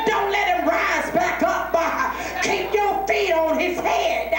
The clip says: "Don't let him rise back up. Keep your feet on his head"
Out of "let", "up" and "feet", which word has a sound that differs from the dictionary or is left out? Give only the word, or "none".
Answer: up